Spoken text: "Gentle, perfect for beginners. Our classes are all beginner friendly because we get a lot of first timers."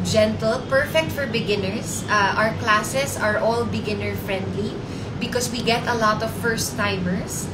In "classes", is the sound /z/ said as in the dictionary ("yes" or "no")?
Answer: no